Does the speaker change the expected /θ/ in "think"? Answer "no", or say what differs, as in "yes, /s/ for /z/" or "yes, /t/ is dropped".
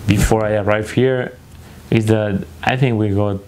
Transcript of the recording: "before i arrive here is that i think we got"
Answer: no